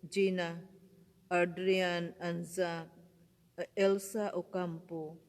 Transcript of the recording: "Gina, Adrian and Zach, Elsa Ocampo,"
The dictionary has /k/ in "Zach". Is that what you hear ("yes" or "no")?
no